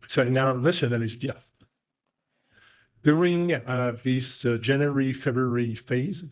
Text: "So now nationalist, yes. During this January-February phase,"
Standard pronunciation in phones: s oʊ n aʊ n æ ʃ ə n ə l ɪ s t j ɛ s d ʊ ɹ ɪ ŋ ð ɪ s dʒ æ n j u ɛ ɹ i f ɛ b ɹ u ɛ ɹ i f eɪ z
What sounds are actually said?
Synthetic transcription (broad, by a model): s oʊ n aʊ l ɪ s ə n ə n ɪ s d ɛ θ d ʊ ɹ ɪ ŋ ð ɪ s dʒ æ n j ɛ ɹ i f ɛ b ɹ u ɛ ɹ i f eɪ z